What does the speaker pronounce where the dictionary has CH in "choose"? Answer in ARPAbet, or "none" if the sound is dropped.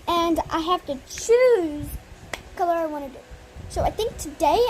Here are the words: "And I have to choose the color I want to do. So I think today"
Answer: CH